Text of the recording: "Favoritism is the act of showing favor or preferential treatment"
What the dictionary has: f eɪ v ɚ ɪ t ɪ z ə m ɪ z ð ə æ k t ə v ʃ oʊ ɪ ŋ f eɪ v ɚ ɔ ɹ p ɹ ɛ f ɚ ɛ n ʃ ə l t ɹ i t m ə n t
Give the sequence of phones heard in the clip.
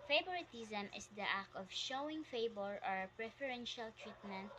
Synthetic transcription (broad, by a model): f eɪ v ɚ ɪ t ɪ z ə m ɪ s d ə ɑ k ə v ʃ oʊ ɪ ŋ f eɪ b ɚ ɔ ɹ p ɹ ɛ f ɚ ɛ n ʃ ə l t ɹ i t m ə n t